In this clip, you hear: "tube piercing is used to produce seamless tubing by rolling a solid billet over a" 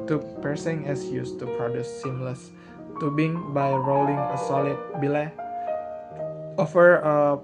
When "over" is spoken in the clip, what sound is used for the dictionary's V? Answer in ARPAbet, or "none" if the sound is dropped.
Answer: F